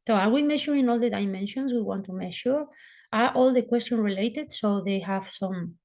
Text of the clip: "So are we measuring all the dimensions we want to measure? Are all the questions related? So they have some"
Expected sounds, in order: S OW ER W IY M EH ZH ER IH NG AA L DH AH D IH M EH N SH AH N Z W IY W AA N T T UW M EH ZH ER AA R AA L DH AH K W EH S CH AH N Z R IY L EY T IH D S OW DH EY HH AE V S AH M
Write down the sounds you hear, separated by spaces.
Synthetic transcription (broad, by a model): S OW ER W IY M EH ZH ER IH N AA L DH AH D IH M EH N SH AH N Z W IY W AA N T T UW M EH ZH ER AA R AA L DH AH K W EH S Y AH N R IY L EY T IH D S OW DH EY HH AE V S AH M